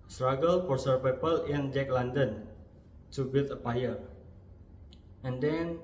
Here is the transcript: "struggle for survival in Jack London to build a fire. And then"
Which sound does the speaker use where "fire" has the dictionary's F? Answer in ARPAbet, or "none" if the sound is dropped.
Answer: P